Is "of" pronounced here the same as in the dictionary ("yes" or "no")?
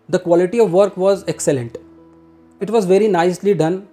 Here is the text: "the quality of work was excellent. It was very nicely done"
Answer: yes